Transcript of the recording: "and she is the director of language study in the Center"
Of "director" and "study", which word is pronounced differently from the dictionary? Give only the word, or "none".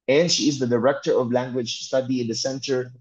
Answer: none